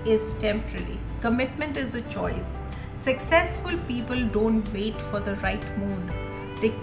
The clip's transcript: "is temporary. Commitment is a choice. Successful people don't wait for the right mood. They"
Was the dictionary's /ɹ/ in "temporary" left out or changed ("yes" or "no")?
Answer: yes